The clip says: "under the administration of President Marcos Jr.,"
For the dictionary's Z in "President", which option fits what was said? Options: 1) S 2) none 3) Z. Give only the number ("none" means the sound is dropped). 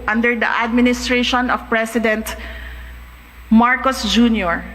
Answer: 1